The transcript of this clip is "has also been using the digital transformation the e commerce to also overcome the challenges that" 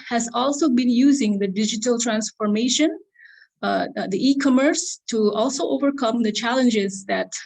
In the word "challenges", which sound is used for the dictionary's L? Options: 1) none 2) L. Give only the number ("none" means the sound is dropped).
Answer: 2